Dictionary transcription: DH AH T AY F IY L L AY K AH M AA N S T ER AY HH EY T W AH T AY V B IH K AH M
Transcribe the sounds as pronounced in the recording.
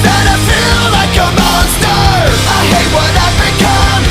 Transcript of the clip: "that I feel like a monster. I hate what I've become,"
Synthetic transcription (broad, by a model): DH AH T AY F IY L L AY K AH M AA S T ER AY HH EY T W AH T AY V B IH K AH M